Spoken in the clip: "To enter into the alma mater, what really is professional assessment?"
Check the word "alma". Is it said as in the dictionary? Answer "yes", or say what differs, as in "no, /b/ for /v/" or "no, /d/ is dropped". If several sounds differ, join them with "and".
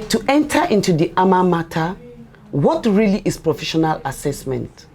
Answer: no, /l/ is dropped